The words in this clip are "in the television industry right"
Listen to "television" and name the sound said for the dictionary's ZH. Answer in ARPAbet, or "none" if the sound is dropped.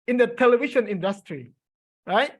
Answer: SH